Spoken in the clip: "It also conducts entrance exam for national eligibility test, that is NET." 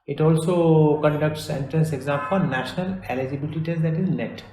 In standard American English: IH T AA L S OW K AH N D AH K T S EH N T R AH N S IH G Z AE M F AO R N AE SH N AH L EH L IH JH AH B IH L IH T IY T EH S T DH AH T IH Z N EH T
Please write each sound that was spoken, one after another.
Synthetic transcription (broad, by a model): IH T AA L S OW K AH N D AH K T S EH N T R AH N S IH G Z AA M P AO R N AE SH N AH L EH L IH JH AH B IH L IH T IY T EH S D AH T IH Z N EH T